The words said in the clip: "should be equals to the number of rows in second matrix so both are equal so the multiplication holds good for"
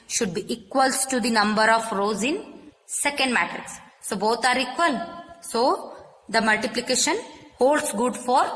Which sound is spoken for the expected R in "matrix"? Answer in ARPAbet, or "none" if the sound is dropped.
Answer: none